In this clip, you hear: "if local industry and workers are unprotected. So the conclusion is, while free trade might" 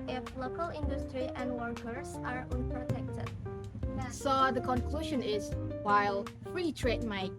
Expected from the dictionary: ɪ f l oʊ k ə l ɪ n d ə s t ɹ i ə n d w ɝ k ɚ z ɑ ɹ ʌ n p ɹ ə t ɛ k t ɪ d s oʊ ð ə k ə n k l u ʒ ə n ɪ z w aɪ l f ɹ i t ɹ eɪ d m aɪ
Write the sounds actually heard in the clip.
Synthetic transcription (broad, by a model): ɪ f l oʊ k ə l ɪ n d ə s t ɹ i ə n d w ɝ k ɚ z ɑ ɹ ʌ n p ɹ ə t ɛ k t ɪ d s oʊ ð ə k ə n k l u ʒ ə n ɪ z w aɪ l f ɹ i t ɹ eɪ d m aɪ